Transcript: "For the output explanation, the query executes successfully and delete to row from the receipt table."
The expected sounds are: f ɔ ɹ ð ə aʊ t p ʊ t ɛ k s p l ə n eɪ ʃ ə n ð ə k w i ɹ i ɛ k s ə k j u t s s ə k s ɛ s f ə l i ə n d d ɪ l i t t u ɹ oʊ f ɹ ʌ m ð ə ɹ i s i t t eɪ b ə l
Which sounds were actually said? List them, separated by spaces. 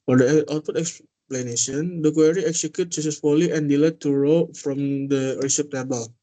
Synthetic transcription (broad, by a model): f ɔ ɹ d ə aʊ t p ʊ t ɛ k s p l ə n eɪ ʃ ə n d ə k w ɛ ɹ i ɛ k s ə k j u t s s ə s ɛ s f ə l i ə n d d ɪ l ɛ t t u ɹ oʊ f ɹ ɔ m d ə ɹ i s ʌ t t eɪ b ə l